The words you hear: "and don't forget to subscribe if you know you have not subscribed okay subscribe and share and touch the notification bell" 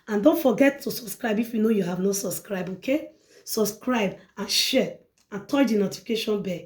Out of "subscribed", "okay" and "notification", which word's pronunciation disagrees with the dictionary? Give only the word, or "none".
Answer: subscribed